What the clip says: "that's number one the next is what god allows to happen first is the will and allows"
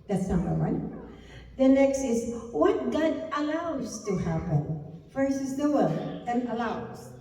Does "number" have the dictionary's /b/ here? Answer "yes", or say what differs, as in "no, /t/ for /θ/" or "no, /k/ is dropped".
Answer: no, /b/ is dropped